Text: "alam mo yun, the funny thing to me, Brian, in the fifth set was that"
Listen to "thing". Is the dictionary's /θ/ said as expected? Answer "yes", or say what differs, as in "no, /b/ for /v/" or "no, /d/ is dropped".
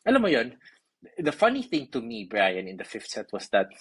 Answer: yes